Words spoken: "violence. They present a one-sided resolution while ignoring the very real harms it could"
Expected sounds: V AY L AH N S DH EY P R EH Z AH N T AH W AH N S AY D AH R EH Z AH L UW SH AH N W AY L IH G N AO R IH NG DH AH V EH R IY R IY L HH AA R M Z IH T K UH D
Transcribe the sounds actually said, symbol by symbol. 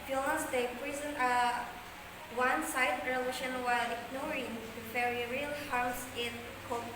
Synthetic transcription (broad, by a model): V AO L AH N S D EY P R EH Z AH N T AH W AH N S AY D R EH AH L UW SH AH N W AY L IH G N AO R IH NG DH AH F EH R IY R IY L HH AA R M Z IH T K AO